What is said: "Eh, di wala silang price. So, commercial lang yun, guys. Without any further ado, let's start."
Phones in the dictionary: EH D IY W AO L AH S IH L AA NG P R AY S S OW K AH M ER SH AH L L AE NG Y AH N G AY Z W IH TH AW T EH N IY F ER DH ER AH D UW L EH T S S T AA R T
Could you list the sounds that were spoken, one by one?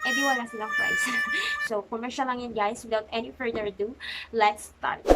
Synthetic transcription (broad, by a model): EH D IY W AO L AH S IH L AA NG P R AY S S OW K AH M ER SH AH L L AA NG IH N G AY S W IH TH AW T EH N IY F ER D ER D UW L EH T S S T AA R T